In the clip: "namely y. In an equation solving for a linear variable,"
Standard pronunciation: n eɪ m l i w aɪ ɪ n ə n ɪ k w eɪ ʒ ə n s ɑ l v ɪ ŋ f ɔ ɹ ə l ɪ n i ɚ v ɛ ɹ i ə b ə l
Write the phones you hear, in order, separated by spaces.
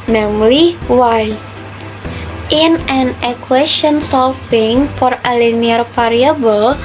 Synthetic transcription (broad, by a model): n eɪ m l i w aɪ ɪ n ə n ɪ k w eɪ ʃ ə n s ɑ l f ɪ ŋ f ɔ ɹ ə l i n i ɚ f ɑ ɹ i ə b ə l